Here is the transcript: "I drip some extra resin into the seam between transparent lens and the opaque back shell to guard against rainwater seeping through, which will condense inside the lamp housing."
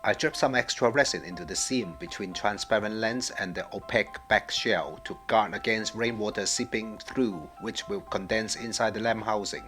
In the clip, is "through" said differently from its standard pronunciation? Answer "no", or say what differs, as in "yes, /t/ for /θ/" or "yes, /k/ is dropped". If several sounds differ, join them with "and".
no